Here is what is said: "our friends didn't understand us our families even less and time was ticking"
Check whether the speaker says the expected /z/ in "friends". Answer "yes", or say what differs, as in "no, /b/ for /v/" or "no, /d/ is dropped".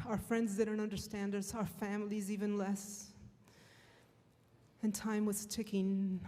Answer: yes